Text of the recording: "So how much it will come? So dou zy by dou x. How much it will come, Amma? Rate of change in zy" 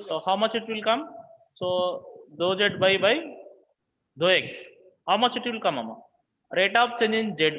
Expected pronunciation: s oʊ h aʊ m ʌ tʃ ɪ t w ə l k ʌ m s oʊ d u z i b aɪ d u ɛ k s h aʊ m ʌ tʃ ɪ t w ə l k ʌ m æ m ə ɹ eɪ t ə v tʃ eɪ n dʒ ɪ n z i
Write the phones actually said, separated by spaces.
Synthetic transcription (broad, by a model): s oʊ h aʊ m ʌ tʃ ɪ t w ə l k ʌ m s oʊ d u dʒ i b aɪ d u ɛ k s h aʊ m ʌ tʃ ɪ t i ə l k ʌ m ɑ m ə ɹ eɪ t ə p tʃ eɪ n dʒ ɪ n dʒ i